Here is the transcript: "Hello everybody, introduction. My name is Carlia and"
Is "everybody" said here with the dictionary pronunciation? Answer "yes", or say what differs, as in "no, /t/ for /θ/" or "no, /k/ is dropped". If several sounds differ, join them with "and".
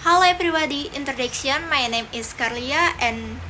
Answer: no, /p/ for /v/